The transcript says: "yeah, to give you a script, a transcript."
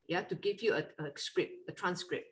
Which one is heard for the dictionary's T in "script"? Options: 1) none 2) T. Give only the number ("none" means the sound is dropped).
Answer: 1